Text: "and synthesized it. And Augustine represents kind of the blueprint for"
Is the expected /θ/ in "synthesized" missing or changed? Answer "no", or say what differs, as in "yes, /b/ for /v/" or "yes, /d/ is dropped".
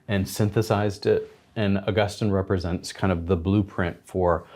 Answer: no